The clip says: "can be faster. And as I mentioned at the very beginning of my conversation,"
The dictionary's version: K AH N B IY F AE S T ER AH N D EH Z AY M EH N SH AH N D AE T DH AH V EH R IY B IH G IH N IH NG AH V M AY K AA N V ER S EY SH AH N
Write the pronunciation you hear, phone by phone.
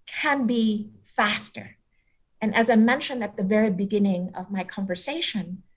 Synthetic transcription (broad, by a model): K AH N B IY F AE S T ER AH N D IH Z AY M EH N SH AH N D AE T DH AH V EH R IY B IH G IH N IH NG AH V M AY K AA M V ER S EY SH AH N